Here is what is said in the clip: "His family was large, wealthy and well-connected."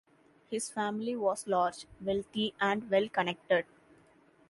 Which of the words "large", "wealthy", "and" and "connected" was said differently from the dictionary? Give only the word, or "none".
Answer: wealthy